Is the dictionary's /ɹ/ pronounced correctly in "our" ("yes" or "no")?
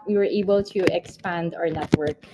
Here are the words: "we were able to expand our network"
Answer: yes